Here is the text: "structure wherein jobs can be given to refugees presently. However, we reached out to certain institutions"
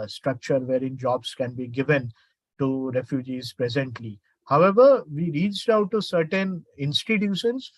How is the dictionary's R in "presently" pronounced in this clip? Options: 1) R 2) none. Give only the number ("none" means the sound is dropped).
1